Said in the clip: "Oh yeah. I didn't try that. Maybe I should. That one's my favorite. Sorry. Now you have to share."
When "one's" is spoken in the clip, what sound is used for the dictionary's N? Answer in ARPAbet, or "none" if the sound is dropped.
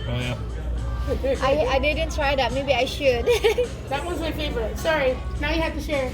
none